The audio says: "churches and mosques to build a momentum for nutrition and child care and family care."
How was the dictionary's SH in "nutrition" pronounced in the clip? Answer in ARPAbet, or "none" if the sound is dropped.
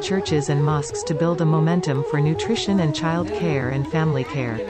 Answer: SH